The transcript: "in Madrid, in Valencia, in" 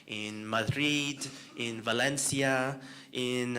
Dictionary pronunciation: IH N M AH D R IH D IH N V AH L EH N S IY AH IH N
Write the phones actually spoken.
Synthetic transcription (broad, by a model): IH N M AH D R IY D IH N V AH L EH N S IY AH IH N